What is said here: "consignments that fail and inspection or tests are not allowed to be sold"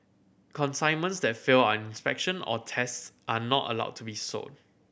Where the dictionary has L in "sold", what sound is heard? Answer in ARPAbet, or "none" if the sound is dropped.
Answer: none